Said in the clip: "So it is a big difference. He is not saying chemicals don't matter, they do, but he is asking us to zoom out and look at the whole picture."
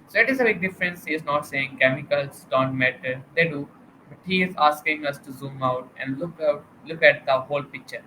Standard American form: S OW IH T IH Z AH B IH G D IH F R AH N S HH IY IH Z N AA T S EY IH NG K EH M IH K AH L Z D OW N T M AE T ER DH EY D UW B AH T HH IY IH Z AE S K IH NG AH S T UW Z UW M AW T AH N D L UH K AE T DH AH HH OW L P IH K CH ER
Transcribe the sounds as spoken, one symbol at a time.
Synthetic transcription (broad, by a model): S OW IH T IH Z AH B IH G D IH F R AH N S HH IY IH Z N AA T S EY IH NG K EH M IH K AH L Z D OW N T M AE T ER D EY D UW B AH T HH IY IH Z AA S K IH NG AH S T UW Z UW M AW T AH N D L UH K AE T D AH HH OW L P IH K CH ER